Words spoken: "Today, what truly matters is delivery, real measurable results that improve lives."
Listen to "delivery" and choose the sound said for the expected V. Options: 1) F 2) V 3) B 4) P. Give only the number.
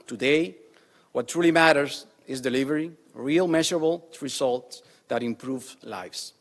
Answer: 2